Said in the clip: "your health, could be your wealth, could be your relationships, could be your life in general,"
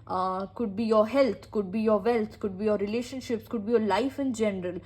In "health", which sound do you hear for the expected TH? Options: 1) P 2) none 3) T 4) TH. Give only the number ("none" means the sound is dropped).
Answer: 3